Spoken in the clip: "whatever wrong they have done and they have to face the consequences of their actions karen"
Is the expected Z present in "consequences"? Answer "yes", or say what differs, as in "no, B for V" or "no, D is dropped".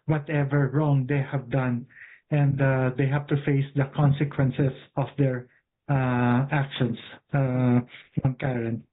no, S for Z